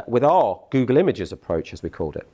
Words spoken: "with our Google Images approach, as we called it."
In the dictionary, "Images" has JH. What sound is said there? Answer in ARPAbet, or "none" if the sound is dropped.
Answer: JH